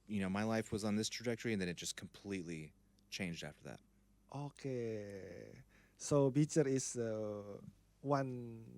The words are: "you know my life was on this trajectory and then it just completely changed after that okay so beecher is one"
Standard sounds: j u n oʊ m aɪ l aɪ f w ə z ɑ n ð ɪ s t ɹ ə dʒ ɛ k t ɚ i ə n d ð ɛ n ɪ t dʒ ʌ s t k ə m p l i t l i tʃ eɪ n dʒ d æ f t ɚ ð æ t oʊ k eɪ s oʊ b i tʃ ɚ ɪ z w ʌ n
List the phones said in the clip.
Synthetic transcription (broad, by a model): j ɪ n oʊ m aɪ l aɪ f w ə z n ð ɪ s t ɹ ə dʒ ɛ k t ɚ i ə n ð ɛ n ɪ t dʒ ʌ s k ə m p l i t l i tʃ eɪ n dʒ d æ f t ɚ ð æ t oʊ k eɪ s oʊ b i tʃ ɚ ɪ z w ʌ n